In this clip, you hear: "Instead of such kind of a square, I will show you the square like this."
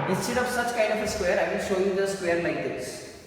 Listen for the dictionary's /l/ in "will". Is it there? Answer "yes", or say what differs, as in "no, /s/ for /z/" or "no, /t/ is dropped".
no, /n/ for /l/